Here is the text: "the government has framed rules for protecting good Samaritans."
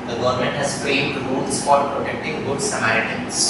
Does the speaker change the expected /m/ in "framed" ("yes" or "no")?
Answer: yes